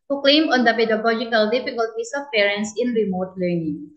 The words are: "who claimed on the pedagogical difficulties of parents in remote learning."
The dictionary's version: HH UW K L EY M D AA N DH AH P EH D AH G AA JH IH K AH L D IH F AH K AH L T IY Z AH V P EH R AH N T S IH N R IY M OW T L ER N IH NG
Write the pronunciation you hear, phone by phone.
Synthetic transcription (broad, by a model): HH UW K L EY M AA N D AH P EH D AH G AA JH IH K AH L D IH F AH K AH L T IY S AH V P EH R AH N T S IH N R IY M OW T L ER N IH NG